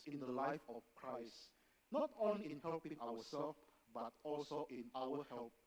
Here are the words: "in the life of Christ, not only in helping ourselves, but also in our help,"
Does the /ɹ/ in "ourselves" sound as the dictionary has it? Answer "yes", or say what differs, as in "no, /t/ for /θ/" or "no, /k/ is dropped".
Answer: no, /w/ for /ɹ/